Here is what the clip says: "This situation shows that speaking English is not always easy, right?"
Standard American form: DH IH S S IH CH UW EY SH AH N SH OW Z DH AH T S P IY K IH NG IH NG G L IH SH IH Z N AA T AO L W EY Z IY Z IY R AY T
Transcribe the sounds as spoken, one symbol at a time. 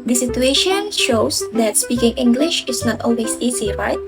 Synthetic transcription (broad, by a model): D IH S S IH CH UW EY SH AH N SH OW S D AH T S P IY K IH NG IH NG G L IH SH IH S N AA T AO L W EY S IY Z IY R AY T